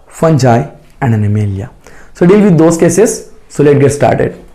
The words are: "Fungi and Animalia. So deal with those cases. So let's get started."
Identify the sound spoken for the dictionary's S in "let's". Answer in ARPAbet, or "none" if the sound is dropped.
none